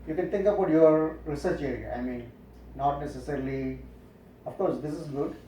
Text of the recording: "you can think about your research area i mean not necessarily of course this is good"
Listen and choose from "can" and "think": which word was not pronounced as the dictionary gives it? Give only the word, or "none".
think